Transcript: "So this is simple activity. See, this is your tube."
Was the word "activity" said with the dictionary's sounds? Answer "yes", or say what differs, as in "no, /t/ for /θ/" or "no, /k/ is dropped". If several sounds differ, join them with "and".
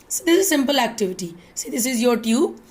yes